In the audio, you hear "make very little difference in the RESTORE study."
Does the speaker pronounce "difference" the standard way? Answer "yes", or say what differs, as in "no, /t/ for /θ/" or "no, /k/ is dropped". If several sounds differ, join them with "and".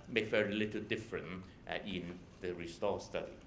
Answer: no, /s/ is dropped